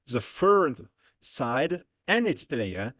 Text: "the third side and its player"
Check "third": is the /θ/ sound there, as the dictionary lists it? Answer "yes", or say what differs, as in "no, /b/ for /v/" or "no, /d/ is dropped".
no, /f/ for /θ/